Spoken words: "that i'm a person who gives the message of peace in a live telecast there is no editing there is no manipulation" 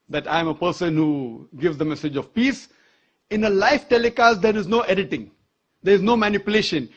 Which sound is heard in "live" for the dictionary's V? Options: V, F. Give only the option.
F